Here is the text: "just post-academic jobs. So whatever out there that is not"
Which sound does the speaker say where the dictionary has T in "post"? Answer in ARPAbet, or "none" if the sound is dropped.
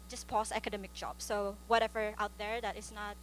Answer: none